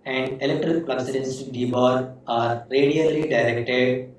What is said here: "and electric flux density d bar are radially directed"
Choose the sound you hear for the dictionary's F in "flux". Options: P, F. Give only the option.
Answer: P